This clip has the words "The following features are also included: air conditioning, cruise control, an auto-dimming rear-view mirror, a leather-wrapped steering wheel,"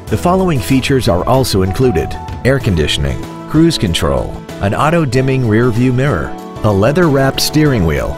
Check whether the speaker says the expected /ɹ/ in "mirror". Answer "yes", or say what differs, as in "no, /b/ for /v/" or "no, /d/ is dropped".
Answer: yes